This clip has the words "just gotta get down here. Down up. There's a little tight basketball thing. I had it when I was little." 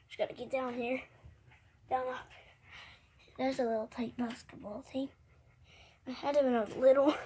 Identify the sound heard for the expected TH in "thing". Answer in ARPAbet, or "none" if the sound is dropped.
T